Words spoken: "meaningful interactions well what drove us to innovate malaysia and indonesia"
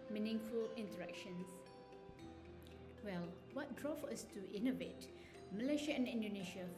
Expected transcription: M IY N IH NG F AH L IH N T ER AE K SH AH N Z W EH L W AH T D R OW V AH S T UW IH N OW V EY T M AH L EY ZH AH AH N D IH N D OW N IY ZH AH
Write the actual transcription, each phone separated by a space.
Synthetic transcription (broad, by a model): M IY N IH NG F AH L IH N T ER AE K SH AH N S W EH L W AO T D R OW F AH S T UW IH N OW V EY T M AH L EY SH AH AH N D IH N D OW N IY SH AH